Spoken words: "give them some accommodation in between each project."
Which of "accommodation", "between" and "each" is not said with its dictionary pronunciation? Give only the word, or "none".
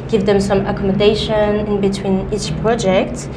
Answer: none